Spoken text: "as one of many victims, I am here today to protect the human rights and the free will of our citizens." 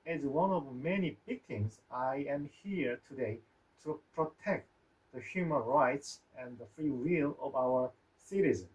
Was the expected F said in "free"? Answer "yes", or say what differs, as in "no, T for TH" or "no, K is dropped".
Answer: yes